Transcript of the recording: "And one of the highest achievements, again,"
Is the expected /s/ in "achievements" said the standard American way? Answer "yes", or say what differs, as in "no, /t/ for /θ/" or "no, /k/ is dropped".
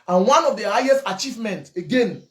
no, /s/ is dropped